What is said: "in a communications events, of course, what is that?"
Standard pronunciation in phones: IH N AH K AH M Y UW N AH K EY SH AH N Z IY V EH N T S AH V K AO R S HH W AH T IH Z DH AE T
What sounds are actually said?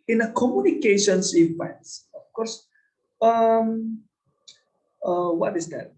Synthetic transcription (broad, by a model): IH N AH K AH M Y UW N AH K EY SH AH N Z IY P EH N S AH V K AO R S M W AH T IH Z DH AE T